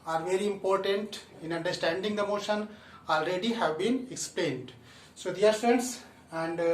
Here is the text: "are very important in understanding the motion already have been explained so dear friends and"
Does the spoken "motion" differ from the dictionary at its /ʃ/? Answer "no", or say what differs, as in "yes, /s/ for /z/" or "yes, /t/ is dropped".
no